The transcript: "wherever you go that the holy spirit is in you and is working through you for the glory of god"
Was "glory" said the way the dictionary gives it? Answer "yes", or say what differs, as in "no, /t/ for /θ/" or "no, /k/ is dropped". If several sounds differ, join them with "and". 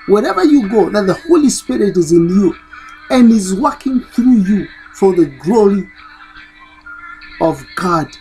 yes